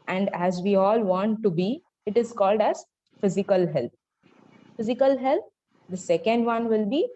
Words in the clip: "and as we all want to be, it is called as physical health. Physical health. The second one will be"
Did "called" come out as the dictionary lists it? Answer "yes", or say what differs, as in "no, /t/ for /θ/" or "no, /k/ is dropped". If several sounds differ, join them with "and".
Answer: yes